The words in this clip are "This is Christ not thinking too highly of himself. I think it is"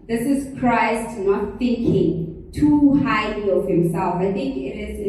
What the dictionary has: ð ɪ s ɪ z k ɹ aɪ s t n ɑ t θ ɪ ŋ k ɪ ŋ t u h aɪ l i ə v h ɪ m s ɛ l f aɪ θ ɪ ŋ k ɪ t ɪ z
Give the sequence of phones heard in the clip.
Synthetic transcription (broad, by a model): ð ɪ s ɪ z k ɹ aɪ s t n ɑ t θ ɪ ŋ k ɪ ŋ t u h aɪ l i ə v h ɪ m s ɛ l f aɪ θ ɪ ŋ k ɪ t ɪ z